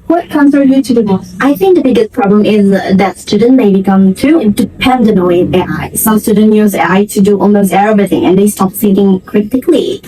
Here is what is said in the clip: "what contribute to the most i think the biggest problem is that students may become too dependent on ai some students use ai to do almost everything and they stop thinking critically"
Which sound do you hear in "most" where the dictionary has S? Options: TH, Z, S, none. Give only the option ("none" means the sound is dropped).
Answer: none